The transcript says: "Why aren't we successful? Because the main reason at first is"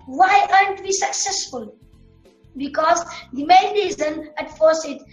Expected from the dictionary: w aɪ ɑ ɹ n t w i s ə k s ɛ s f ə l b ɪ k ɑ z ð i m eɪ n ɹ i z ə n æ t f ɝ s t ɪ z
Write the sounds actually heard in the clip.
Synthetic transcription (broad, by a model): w aɪ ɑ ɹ n t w i s ə k s ɛ s f ə l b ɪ k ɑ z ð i m eɪ n ɹ i z ə n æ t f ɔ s ɪ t